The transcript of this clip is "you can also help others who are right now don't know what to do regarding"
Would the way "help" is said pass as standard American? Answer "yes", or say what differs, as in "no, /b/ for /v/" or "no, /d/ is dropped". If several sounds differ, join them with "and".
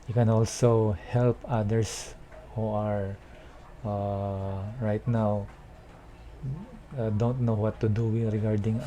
yes